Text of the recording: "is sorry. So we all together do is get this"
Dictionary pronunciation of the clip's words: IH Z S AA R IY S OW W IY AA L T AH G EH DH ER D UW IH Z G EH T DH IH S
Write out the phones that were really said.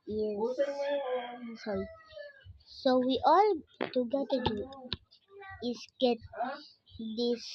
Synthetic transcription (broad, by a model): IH S AA R IY S OW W IY AA L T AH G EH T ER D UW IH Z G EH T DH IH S